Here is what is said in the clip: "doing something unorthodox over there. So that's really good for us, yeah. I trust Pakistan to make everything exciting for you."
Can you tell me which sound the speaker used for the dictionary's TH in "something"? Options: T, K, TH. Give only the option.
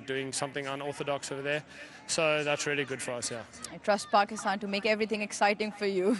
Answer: TH